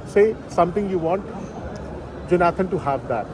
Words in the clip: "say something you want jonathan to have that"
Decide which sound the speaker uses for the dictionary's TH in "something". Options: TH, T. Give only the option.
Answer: T